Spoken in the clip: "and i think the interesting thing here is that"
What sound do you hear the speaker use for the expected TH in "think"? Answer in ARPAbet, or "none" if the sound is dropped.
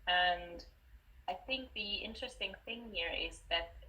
TH